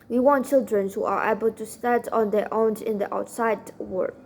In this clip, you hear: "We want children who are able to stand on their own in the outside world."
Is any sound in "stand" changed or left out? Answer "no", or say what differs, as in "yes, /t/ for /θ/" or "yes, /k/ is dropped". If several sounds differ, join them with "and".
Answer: yes, /n/ is dropped